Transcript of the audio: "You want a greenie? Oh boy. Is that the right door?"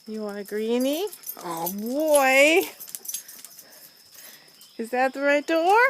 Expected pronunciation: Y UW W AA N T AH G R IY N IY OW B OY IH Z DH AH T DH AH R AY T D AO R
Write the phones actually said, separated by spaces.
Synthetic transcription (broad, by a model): Y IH W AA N AH G R IY N IY OW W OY IH Z DH AH T DH AH R AY T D AO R